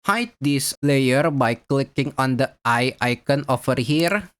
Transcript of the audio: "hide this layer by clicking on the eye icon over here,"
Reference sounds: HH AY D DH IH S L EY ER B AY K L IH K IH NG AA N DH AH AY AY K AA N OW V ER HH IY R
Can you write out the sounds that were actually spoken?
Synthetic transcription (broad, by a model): HH AY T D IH S L EY ER B AY K L IH K IH NG AA N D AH AY AY K AA N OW F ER HH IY R